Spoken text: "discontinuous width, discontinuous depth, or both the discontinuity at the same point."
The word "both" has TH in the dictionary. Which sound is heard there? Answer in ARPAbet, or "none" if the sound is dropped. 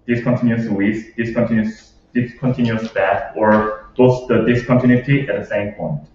S